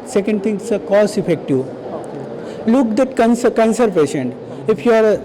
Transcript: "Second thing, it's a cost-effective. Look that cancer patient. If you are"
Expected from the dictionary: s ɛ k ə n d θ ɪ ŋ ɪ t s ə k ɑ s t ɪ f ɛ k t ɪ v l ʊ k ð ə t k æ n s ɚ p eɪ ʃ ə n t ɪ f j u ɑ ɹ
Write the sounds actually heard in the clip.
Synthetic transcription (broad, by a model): s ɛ k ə n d t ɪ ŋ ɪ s ə k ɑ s ɪ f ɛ k t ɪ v l ʊ k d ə t k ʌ n s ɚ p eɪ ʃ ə n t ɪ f j u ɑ ɹ